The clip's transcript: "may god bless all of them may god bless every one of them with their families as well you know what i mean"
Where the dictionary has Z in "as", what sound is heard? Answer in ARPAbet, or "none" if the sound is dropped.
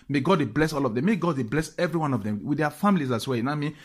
S